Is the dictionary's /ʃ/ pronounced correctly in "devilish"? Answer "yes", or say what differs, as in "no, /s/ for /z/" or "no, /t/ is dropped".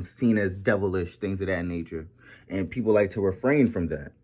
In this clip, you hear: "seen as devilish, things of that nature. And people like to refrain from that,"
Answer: yes